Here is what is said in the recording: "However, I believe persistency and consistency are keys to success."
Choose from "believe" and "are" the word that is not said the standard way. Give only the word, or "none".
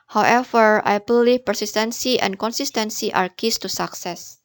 believe